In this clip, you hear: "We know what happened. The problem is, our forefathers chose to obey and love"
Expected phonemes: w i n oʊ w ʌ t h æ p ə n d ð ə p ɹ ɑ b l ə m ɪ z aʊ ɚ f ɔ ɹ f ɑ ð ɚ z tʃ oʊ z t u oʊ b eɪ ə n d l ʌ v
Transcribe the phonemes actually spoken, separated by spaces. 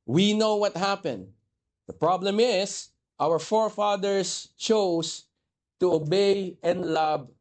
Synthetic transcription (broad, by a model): w i n oʊ w ʌ t h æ p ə n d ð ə p ɹ ɑ b l ə m ɪ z aʊ ɚ f ɔ ɹ f ɑ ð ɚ s tʃ oʊ s t u oʊ b eɪ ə n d l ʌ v